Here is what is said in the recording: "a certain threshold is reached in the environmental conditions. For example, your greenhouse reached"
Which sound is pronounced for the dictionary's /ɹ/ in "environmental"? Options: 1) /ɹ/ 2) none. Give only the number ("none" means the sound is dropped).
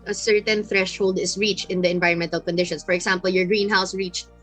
1